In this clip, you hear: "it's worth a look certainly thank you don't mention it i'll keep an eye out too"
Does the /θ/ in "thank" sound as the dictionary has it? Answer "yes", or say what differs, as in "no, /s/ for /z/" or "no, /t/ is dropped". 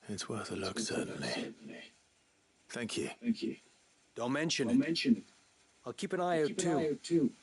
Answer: yes